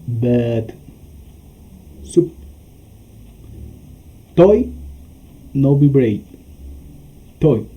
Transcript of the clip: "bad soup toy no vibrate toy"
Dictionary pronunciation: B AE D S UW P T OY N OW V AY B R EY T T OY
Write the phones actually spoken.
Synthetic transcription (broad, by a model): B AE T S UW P T OY N OW B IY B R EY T T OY